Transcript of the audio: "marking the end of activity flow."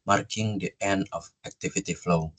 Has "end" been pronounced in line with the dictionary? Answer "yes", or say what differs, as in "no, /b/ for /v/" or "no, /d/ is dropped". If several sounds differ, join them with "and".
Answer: no, /d/ is dropped